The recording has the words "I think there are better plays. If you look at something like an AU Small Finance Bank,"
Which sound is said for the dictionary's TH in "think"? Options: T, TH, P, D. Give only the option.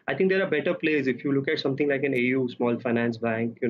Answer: T